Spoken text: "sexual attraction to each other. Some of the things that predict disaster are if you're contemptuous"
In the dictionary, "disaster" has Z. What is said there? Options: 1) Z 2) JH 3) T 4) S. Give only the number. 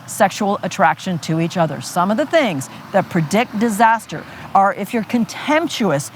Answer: 1